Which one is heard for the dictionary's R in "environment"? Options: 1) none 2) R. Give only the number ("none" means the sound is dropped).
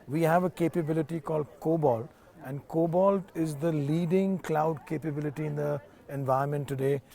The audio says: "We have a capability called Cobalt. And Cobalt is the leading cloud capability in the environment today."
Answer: 1